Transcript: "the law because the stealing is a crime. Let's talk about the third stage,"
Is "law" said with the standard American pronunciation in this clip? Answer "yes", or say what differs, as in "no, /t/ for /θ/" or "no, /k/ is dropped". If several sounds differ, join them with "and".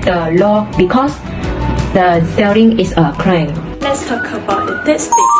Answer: yes